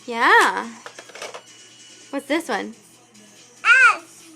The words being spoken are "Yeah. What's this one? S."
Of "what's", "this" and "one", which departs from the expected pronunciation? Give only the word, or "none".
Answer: none